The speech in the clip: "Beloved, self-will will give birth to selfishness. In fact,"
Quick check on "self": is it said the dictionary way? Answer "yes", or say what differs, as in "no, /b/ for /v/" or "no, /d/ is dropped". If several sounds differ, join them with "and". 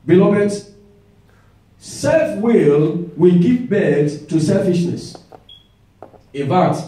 yes